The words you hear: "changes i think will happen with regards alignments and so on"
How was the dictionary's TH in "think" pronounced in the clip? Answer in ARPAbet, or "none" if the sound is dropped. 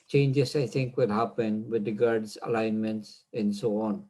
T